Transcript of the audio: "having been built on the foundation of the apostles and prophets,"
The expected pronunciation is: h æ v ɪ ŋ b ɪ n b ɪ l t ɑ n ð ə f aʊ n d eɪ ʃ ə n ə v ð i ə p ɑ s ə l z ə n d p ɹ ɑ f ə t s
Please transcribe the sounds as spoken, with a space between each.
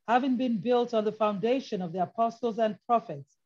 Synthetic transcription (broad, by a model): h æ v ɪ ŋ b ɪ n b ɪ l t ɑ n ð ə f aʊ n d eɪ ʃ ə n ə v ð i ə p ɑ s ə l z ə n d p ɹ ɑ f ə t s